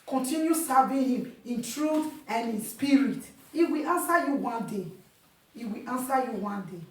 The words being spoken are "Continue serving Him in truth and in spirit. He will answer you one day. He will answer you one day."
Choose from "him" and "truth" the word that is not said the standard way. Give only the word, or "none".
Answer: none